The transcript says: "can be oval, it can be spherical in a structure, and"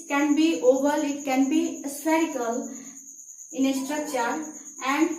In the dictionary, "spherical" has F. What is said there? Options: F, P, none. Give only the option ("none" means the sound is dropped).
none